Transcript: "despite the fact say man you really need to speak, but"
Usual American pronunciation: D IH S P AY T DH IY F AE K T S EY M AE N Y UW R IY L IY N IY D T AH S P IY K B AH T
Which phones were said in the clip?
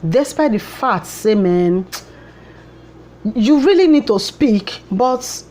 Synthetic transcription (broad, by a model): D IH S P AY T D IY F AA T S EY M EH N Y UW R IY L IY N IY D T AH S P IY K B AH T